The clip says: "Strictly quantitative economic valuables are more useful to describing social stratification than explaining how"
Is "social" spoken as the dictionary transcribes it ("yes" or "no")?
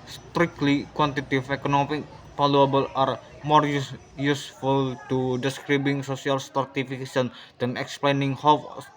no